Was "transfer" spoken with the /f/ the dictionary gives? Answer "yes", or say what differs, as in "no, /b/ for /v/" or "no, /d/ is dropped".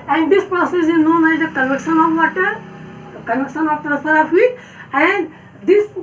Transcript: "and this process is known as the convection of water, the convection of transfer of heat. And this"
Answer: no, /f/ is dropped